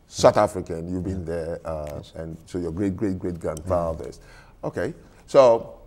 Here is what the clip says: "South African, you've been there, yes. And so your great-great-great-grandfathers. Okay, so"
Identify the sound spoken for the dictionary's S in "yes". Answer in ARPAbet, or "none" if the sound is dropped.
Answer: none